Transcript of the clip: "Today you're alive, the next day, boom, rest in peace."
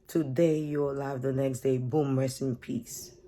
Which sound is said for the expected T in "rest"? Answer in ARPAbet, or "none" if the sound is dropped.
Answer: none